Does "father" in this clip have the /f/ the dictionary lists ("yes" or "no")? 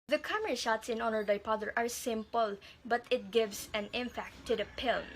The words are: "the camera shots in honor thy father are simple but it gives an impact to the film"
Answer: no